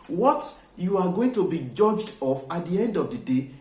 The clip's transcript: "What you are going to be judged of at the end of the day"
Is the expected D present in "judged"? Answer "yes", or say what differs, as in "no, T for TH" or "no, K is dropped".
yes